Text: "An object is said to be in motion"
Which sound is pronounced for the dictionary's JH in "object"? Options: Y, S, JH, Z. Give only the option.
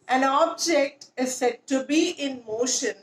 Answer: JH